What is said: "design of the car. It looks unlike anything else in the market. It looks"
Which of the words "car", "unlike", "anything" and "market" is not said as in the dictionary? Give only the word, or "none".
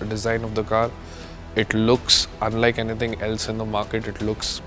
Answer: anything